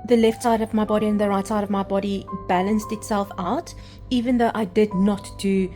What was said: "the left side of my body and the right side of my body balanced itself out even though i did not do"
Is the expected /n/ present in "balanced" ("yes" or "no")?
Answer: yes